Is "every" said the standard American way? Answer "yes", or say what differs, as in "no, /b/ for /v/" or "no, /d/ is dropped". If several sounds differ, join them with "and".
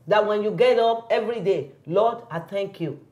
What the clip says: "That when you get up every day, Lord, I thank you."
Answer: yes